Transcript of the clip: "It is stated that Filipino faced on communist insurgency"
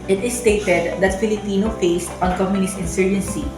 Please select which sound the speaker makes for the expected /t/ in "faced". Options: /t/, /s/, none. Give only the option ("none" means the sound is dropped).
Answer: /t/